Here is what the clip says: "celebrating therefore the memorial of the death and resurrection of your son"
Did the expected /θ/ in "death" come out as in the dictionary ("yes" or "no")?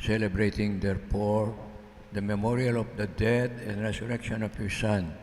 no